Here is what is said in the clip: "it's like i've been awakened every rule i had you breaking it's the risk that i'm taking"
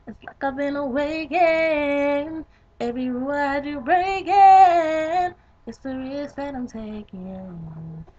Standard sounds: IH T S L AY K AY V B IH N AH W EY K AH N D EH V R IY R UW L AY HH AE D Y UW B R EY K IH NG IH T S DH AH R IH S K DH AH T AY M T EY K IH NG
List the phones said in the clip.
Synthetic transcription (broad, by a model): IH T S L AY K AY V B IH N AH W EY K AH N EH V R IY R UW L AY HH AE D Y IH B R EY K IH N IH T S DH AH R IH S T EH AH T AY M T EY K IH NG